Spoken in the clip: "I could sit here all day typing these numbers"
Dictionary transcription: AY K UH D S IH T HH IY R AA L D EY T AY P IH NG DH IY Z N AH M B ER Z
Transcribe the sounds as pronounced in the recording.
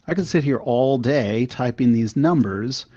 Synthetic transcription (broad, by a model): AY K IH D S IH T HH IY R AA L D EY T AY P IH NG DH IY Z N AH M B ER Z